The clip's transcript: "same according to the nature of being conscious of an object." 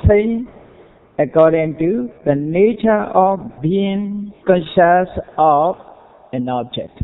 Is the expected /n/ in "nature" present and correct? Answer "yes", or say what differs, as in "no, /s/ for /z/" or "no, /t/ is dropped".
yes